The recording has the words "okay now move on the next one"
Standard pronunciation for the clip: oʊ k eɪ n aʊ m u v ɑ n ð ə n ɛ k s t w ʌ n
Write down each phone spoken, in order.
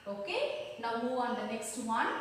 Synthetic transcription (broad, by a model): oʊ k eɪ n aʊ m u ɑ n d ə n ɛ k s t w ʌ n